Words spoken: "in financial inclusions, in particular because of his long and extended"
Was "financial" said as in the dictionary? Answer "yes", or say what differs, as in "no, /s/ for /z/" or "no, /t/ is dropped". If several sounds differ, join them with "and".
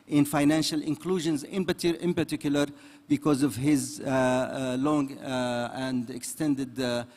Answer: yes